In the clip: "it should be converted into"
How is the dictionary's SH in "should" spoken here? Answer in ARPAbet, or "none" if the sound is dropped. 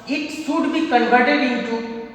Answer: S